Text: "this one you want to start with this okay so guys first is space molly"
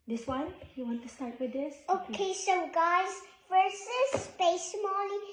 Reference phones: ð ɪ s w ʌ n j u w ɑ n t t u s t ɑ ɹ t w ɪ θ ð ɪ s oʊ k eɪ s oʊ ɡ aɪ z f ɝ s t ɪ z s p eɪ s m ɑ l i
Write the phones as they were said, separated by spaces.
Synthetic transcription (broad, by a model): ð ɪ s w ʌ n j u w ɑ n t t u s t ɑ ɹ t w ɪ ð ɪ s oʊ k eɪ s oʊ ɡ aɪ z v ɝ s ɪ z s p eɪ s m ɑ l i